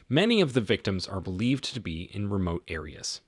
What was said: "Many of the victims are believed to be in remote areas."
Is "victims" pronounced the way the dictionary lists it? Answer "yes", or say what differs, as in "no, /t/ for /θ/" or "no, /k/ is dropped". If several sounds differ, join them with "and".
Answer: yes